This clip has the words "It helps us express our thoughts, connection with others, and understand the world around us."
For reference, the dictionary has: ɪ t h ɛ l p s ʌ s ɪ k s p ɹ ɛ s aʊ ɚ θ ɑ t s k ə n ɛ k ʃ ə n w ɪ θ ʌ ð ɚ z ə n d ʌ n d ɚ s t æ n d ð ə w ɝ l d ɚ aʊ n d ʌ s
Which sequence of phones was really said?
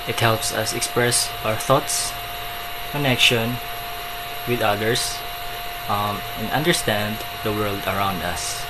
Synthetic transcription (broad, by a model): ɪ t h ɛ l p s ʌ s ɪ k s p ɹ ɛ s aʊ ɚ θ ɑ t s k ə n ɛ k ʃ ə n w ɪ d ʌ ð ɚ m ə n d ʌ n d ɚ s t æ n d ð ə w ɝ l d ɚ aʊ n d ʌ s